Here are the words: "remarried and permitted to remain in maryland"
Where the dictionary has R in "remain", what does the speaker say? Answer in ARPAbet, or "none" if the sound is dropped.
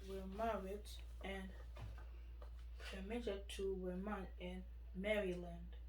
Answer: W